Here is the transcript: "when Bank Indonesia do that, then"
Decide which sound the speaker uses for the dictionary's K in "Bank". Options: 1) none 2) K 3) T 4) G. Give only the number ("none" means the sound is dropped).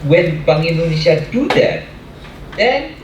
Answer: 1